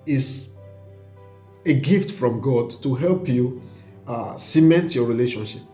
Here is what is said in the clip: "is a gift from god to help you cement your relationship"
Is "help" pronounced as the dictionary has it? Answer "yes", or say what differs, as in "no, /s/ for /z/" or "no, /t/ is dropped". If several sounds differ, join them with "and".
yes